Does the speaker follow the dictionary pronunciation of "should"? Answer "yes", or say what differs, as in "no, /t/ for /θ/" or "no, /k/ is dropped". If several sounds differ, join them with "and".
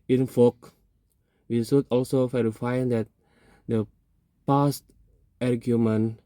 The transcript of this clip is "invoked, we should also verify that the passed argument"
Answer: no, /s/ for /ʃ/